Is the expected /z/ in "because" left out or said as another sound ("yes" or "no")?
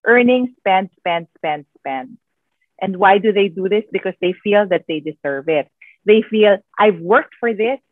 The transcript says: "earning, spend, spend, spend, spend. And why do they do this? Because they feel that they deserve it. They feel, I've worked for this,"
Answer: yes